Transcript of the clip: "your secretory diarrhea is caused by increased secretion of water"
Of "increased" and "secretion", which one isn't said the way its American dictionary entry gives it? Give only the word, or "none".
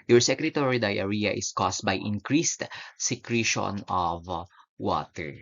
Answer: none